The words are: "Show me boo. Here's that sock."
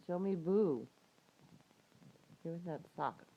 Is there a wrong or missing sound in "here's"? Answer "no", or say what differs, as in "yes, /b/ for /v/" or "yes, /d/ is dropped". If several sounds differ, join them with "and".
yes, /w/ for /ɹ/